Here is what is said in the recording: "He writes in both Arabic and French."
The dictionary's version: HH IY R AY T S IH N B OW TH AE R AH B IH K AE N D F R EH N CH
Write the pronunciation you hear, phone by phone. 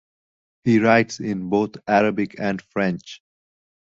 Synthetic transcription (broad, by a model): HH IY R AY T S IH N B OW T AE R AH B IH K AE N D F R EH N CH